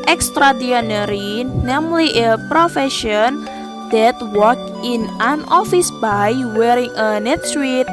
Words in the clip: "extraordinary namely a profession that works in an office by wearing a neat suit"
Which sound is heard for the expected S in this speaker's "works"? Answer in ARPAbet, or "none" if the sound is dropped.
none